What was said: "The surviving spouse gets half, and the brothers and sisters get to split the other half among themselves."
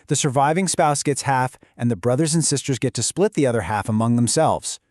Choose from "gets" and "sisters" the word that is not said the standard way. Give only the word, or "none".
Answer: none